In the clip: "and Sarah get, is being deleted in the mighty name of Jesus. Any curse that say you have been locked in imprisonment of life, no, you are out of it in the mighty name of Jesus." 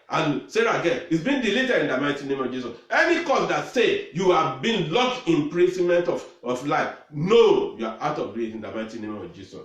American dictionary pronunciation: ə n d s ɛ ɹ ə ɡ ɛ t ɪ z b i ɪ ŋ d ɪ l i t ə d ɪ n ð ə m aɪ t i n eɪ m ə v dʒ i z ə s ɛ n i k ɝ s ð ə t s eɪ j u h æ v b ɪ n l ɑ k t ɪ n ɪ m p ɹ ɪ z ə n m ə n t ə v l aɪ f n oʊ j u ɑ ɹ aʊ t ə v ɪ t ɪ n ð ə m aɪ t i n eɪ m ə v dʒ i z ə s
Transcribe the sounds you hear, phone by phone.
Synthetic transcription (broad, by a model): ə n s ɛ ɹ ə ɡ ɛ ɪ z b i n d ɪ l i t ə d ɪ n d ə m aɪ t i n eɪ m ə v dʒ i s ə s ɛ n i k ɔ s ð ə t s eɪ j u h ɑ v b ɪ n l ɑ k ɪ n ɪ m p ɹ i s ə m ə n t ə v l aɪ f n oʊ j u ɑ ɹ aʊ t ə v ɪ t ɪ n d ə m aɪ t i n eɪ m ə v dʒ i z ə s